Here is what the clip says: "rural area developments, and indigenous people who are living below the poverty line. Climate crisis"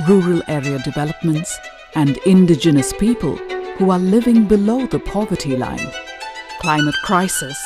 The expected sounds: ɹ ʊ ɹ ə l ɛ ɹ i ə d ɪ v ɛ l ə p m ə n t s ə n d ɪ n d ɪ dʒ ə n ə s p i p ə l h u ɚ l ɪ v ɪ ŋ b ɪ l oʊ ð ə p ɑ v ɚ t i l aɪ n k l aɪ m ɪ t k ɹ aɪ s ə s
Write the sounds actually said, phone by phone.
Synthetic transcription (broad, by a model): ɹ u ɹ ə l ɛ ɹ i ə d ɪ v ɛ l ə p m ə n t s ə n d ɪ n d ɪ dʒ ə n ə s p i p ə l h u ɚ l ɪ v ɪ ŋ b ɪ l oʊ ð ə p ɑ v ɚ t i l aɪ n k l aɪ m ɪ t k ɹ aɪ s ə s